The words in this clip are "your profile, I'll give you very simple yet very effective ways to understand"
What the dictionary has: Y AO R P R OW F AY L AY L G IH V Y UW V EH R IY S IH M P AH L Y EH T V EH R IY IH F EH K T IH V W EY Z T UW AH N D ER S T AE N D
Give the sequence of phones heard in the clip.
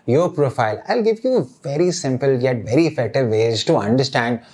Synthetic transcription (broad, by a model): Y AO R P R OW F AY L AY L G IH V Y UW V EH R IY S IH M P AH L Y EH T V EH R IY F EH T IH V EY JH T UW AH N D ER S T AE N D